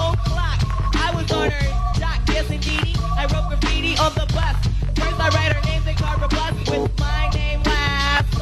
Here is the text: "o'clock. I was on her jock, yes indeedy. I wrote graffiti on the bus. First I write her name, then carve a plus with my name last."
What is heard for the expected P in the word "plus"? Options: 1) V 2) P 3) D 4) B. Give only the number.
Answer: 4